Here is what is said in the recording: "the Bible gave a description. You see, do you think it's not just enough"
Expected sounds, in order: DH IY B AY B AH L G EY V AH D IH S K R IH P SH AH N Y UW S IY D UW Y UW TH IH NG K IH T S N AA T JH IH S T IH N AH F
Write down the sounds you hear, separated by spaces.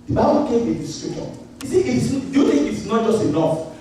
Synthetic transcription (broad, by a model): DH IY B AY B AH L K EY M AH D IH S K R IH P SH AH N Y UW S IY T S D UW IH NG IH T S N AA T JH IH S T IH N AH F